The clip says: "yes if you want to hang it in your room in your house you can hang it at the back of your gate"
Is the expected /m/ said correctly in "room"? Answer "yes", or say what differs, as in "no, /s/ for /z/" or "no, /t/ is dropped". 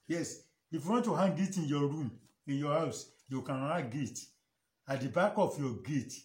yes